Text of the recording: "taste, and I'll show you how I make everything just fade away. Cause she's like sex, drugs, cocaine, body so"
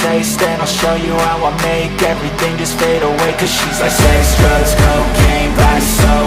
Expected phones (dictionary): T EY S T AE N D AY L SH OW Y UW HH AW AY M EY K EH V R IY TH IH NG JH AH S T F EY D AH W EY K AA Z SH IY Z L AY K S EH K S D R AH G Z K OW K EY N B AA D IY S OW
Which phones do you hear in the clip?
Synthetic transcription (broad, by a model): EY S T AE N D AY L SH OW Y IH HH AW AY M EY K EH V R IY TH IH NG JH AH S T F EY D AH W EY K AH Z SH IY Z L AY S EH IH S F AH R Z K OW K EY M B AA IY S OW